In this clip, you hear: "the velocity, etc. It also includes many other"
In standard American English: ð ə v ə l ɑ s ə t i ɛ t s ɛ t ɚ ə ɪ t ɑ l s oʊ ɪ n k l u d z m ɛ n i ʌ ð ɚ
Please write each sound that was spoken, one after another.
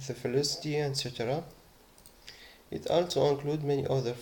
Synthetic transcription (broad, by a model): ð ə f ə l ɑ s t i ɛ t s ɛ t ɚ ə ɪ t ɑ l s oʊ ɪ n k l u d m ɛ n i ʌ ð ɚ